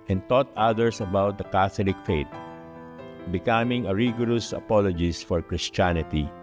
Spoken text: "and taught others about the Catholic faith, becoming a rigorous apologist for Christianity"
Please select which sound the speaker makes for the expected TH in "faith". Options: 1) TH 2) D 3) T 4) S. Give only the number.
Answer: 3